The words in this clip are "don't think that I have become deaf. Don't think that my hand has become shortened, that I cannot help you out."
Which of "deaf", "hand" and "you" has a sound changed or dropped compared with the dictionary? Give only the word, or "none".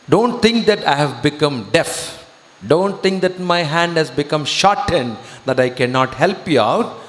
none